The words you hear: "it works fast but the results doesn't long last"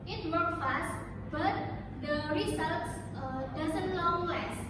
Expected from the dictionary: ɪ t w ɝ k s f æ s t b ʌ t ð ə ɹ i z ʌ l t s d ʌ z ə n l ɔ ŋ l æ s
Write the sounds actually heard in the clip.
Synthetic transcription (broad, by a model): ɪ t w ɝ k f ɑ s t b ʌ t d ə ɹ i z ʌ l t s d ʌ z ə n l ɔ ŋ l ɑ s